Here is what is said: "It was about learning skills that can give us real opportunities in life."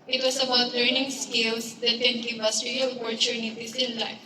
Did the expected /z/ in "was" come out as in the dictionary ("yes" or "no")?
no